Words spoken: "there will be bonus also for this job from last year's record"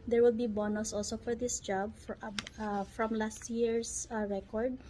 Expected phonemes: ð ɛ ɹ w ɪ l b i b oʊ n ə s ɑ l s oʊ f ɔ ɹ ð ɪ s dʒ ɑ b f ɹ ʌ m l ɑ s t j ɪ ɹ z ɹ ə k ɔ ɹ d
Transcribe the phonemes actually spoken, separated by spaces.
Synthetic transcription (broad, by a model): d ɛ ɹ w ɪ l b i b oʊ n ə s ɑ l s oʊ f ɔ ɹ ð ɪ s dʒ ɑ b f ɹ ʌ m l ɑ s t j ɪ ɹ s ɹ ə k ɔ ɹ d